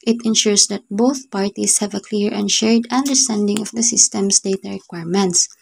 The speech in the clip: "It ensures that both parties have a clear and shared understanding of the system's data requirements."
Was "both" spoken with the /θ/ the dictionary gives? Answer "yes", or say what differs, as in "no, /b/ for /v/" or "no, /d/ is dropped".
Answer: yes